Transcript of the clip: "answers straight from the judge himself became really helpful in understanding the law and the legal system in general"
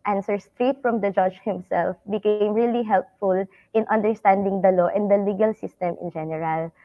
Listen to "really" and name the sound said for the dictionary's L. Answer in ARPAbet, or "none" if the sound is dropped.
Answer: L